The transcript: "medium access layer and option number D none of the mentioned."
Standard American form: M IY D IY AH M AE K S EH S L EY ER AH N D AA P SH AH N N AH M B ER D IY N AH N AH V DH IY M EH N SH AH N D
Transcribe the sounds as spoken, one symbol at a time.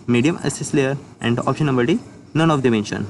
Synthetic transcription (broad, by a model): M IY D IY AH M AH S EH S L EY ER AH N D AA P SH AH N N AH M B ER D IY N AH N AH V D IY M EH N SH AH N